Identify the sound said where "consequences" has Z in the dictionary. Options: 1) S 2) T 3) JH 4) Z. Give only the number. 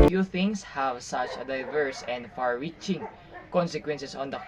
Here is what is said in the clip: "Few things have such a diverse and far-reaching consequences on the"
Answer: 1